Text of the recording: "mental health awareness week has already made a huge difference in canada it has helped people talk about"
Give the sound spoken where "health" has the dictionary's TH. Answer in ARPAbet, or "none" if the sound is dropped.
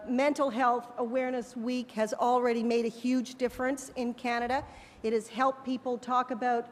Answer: TH